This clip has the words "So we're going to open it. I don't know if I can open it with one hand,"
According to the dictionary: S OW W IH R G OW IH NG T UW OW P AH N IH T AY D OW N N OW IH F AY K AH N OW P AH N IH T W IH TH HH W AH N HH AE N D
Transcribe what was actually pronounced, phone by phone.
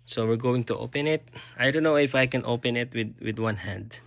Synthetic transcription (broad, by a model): S OW W IH R G OW IH NG T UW OW P AH N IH T AY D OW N N OW IH F AY K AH N OW P AH N IH T W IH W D W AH N HH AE N D